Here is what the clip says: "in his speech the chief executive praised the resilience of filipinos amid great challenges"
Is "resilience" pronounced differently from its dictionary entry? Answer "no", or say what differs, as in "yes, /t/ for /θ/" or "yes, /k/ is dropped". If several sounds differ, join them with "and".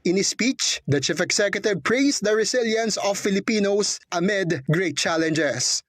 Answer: yes, /s/ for /z/